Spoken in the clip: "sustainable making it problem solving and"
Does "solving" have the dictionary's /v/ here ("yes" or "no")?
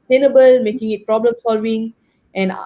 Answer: no